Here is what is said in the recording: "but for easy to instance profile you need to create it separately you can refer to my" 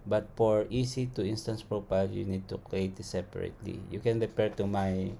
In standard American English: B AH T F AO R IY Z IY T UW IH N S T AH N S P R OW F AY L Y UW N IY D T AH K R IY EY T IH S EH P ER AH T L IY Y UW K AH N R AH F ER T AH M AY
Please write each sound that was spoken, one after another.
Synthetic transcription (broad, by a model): B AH T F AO R IY S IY T UW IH N S T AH N S P R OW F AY L Y UW N IY D T AH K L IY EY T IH S EH P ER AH T L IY Y UW K AH N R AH P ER T AH M AY